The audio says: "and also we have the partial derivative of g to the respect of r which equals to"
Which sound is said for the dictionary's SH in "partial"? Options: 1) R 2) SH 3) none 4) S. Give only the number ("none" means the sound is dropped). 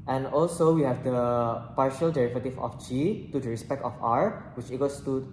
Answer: 2